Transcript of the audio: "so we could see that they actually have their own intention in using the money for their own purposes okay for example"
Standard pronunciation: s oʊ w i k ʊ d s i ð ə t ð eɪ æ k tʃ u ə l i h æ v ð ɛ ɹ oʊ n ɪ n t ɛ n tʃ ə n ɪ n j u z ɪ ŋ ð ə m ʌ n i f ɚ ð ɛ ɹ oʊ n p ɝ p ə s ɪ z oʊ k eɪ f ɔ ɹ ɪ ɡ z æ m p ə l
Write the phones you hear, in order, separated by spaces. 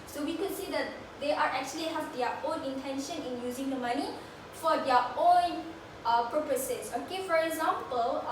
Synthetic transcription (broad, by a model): s oʊ w i k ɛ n s i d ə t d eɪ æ k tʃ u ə l i h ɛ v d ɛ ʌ oʊ n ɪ n t ɛ n ʃ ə n ɪ n j u z ɪ ŋ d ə m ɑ n i f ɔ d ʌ oʊ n p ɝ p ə s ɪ s oʊ k eɪ f ɔ ɹ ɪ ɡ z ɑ m p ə l